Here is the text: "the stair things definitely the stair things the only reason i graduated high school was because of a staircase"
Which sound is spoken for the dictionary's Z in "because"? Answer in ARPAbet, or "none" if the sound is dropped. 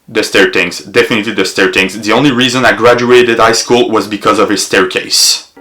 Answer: Z